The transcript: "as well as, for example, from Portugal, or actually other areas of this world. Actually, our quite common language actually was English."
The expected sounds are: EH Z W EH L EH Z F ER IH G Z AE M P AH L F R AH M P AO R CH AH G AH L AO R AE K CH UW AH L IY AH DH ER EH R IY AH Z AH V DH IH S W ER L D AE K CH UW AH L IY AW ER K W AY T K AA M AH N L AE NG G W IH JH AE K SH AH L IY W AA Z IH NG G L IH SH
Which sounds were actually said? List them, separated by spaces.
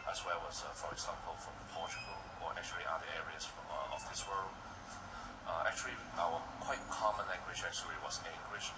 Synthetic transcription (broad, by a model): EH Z W EH L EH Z F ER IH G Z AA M P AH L F R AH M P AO L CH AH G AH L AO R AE K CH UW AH L IY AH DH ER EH R IY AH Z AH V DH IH S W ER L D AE K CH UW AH L IY AW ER K W AY T K AA M AH N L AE NG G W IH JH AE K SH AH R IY W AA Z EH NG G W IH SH